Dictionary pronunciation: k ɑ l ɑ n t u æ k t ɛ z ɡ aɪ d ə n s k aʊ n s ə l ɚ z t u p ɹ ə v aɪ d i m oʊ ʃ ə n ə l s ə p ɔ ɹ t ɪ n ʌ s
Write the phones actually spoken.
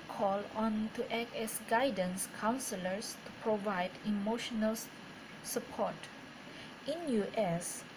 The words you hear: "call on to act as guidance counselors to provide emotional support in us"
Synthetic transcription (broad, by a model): k ɑ l ɑ n t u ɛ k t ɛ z ɡ aɪ d ə n s k aʊ n s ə l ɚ s t u p ɹ ə v aɪ d i m oʊ ʃ ə n ə l s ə p ɔ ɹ t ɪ n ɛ s